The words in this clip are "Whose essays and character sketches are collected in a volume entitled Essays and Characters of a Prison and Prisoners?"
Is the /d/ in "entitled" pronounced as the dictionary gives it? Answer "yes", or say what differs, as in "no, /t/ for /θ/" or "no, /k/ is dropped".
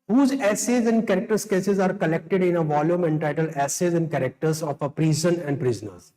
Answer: no, /d/ is dropped